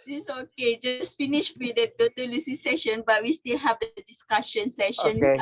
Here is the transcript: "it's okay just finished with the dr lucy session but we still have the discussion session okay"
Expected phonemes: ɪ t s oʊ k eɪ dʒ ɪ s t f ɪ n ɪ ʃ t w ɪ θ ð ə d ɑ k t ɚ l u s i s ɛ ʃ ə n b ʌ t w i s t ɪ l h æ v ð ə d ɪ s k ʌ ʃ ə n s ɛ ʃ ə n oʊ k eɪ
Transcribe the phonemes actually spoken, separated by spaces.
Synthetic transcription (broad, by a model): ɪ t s oʊ k eɪ dʒ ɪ s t f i n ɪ ʃ w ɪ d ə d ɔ t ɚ l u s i s ɛ ʃ ə n b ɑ t w i s t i l h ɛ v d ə d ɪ s k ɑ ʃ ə n s ɛ ʃ ə n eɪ